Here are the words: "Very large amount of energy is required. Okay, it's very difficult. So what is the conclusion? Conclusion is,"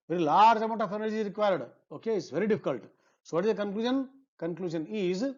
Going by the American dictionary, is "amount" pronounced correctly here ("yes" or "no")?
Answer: no